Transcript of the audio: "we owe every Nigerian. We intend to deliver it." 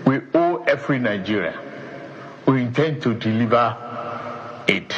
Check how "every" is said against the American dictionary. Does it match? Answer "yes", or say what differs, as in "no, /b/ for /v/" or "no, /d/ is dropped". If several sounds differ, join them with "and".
no, /f/ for /v/